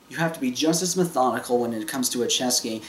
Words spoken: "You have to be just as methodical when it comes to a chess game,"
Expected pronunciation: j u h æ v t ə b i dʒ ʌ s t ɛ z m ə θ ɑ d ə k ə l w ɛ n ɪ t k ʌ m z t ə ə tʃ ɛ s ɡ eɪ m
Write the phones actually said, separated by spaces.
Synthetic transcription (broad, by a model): j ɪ h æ f t ə b i dʒ ʌ s t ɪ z m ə θ ɑ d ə k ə l w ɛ n ɪ t k ʌ m z t ə ə tʃ ɛ s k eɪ